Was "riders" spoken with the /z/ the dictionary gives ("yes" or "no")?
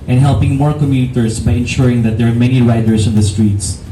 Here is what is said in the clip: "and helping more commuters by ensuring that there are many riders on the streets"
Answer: no